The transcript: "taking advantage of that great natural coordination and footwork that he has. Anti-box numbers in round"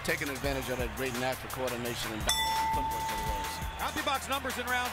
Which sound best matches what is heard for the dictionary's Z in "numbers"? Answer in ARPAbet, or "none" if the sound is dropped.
Z